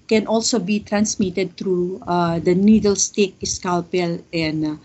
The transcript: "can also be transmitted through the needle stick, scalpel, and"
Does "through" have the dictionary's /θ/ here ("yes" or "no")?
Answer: no